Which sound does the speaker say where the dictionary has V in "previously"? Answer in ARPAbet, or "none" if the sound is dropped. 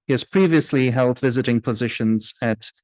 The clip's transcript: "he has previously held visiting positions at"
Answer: V